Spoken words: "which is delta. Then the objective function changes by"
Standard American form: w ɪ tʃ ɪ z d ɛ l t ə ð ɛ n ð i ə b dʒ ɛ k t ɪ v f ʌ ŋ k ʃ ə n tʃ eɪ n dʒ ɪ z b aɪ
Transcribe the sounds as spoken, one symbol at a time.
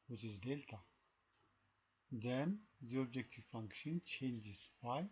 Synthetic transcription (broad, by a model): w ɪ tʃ ɪ z d ɛ l t ə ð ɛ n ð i ə b dʒ ɛ k t ɪ v f ʌ ŋ k ʃ ə n tʃ eɪ n dʒ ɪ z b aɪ